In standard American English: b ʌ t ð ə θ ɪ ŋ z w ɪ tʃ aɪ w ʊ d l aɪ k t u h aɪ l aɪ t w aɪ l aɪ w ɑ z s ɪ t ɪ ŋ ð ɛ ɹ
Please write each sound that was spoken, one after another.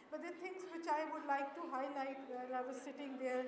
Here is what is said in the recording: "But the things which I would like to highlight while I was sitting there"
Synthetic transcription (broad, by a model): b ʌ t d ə t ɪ ŋ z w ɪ tʃ aɪ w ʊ d l aɪ k t u h aɪ l aɪ t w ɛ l aɪ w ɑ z s ɪ t ɪ ŋ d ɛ ɹ